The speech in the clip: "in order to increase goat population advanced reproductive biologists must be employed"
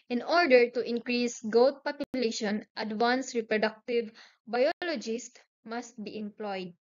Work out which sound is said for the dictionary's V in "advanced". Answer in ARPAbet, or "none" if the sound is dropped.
W